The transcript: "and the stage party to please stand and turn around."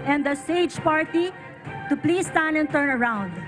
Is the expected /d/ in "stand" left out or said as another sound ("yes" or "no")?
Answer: yes